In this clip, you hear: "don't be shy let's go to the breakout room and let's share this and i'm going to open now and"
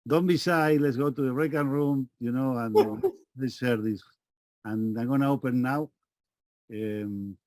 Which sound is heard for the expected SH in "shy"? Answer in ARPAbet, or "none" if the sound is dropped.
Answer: S